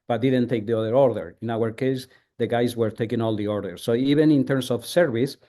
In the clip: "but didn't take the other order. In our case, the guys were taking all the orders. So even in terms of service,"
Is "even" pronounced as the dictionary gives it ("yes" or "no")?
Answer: no